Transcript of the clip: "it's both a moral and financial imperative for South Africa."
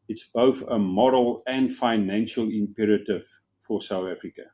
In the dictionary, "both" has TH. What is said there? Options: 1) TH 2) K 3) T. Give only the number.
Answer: 1